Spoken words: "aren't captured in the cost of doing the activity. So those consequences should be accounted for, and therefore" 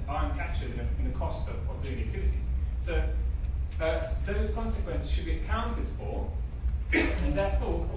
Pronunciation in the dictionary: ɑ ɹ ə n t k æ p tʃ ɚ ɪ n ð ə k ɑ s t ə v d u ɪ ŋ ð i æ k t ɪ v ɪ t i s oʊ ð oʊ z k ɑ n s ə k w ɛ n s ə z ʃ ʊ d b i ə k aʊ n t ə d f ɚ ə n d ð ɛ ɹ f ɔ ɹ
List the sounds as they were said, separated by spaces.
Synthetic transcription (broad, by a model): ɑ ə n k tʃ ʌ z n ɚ ɪ n ð ə k ɑ s t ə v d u ɪ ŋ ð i æ k t ɪ v ɪ t i s oʊ ð oʊ z k ɑ n s ə k w ɛ n s ə z ʃ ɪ d b i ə k aʊ n t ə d f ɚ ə n ð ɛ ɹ f ɔ